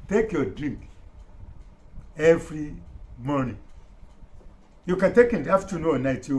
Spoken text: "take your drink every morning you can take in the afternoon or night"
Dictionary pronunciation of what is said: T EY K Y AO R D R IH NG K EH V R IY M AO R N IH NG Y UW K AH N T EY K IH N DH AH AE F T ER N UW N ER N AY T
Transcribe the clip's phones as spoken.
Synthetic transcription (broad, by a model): T EY K Y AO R D R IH NG K EH V R IY M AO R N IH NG Y UW K AH N T EY K IH N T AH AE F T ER N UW ER N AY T